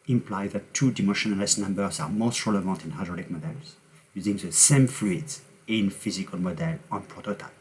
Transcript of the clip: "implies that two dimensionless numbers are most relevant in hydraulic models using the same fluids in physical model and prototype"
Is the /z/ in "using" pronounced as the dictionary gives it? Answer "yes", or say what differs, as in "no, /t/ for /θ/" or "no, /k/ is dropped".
yes